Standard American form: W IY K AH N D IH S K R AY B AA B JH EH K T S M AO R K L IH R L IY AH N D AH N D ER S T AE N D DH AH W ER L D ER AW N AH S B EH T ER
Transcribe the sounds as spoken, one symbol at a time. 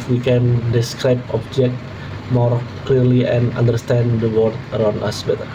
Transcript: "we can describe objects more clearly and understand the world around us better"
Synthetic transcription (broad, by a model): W IY K AH N D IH S K R AY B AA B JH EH K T M AO R K L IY R L IY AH N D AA N D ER S T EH N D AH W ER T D ER AW N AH S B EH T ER